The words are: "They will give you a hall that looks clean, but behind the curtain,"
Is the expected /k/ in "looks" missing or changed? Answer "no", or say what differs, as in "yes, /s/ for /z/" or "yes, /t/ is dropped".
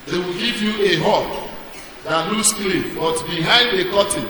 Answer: yes, /k/ is dropped